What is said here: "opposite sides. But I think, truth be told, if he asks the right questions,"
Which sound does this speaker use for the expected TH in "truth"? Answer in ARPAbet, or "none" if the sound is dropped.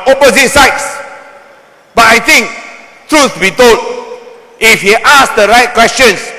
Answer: S